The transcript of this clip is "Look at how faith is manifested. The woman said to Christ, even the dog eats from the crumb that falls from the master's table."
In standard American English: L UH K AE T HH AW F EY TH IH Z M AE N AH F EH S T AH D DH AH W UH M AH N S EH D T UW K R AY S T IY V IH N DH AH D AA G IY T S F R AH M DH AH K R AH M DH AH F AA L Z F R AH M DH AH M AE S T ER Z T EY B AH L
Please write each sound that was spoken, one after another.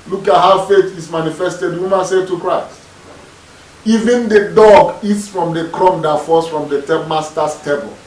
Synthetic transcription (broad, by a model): L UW K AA T HH AW F EY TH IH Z M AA N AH F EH S T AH D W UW M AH N S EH T UW K R AY S T IY V IH N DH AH D AA G IY T S F R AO M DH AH K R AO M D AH F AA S F R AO M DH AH M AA S T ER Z T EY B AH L